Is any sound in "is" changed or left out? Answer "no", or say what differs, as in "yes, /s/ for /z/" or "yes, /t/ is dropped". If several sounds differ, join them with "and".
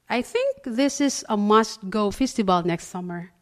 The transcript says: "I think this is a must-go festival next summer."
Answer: yes, /s/ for /z/